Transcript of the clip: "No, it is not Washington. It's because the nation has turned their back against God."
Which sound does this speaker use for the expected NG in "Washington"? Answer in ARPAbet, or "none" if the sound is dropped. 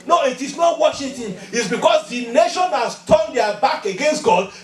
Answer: none